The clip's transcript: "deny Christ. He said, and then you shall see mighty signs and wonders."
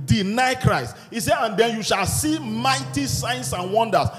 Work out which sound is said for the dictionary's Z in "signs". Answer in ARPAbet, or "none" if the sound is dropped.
S